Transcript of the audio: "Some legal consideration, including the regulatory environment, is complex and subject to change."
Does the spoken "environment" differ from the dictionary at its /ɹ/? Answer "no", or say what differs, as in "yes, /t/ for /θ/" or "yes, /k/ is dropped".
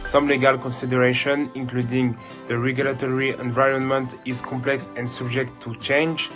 no